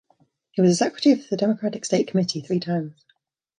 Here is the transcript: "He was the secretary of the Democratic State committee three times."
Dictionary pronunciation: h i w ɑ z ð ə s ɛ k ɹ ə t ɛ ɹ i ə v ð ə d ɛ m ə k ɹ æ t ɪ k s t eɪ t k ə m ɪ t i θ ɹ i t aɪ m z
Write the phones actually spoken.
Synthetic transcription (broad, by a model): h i w ɑ z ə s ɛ k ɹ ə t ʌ ɹ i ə ð ə d ɛ m ə k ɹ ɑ t ɪ k s t eɪ t k ə m ɪ t i θ ɹ i t aɪ m z